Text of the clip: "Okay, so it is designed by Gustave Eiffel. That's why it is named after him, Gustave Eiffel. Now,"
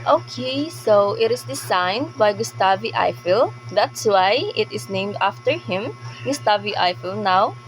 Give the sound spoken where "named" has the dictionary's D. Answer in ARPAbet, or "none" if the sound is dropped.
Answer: D